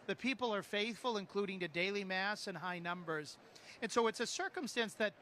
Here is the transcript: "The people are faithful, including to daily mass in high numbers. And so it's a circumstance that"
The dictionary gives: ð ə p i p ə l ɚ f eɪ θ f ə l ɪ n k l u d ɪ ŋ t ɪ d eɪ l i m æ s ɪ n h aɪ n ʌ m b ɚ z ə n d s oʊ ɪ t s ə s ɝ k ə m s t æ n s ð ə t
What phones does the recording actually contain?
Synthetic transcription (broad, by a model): ð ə p i p l ɚ f eɪ θ f ə l ɪ n k l u d ɪ ŋ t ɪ d eɪ l i m æ s ɪ n h aɪ n ʌ m b ɚ z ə n s oʊ ɪ t s ə s ɝ k ə m s t æ n s ð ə t